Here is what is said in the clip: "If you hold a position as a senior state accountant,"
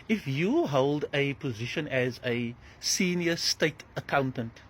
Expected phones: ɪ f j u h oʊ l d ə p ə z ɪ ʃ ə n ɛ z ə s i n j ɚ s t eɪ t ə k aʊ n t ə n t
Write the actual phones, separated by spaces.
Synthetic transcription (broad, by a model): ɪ f j u h oʊ l d ə p ə z ɪ ʃ ə n ɛ z ə s i n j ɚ s t eɪ t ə k aʊ n t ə n t